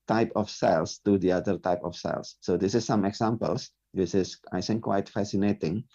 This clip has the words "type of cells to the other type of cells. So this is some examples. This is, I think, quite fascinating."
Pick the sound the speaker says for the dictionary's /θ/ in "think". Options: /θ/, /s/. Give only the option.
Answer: /s/